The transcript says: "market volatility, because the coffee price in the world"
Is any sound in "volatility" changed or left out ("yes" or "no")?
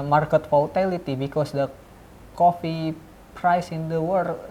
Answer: yes